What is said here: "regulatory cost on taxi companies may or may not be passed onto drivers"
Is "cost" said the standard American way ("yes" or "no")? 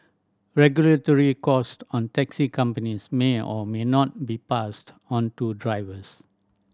yes